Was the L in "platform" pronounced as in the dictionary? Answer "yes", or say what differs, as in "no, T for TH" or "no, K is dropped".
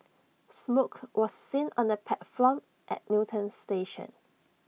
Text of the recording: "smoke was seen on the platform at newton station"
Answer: no, L is dropped